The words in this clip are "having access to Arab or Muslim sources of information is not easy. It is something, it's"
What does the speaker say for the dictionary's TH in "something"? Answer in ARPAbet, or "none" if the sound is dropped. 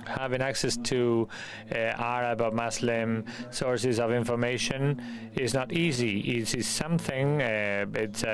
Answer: TH